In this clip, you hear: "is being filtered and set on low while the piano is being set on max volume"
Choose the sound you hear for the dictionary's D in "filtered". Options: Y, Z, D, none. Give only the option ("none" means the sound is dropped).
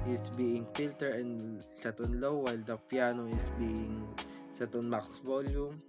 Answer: none